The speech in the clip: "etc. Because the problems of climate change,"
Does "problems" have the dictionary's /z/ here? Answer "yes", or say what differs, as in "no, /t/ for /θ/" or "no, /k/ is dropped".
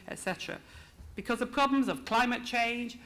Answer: yes